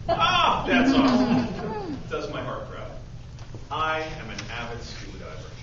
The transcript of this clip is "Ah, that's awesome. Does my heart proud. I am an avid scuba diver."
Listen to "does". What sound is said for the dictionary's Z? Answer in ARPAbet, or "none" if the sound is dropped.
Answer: Z